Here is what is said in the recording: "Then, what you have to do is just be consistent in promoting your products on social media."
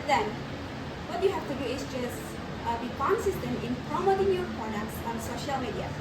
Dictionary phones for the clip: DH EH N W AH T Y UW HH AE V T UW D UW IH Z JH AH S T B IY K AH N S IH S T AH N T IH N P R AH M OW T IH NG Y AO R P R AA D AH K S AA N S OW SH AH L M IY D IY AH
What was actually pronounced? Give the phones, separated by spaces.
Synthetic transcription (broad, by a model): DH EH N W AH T Y UW HH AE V T UW D UW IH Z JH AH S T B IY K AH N S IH S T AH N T IH N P R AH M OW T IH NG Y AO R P AA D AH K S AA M S OW SH AH L M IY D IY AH